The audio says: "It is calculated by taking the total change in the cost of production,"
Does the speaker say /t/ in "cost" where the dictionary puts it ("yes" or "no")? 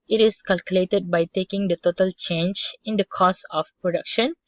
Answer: no